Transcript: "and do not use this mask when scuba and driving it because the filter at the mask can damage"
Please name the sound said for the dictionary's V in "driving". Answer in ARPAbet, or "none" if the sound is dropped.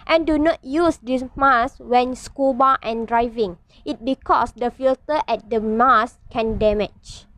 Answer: V